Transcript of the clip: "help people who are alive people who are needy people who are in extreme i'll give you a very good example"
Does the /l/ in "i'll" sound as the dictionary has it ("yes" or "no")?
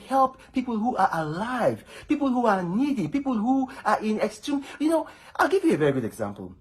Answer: yes